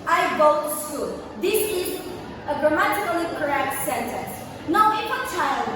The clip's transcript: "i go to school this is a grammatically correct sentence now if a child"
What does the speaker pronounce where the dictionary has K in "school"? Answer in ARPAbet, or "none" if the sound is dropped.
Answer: none